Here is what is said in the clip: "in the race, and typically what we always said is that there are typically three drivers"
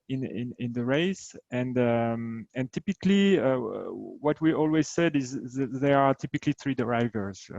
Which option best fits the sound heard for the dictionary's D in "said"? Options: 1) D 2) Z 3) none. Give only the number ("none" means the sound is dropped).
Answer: 1